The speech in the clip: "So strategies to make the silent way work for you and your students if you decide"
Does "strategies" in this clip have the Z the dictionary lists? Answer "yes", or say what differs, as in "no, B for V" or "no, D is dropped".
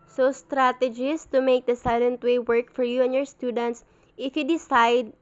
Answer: no, S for Z